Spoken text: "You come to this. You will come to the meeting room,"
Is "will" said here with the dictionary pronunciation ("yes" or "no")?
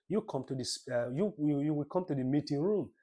no